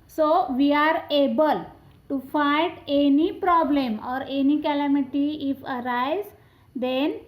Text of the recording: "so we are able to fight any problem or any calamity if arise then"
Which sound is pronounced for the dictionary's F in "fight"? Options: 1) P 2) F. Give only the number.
2